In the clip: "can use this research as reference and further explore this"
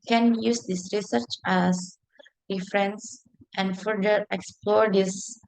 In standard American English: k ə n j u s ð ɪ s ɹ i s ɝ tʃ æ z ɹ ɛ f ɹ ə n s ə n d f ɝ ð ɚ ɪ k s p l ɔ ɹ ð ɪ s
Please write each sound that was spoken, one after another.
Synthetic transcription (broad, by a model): k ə n j u s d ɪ s ɹ i s ɝ tʃ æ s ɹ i f ɹ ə n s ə n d f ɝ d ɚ ɪ k s p l ɔ ɹ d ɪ s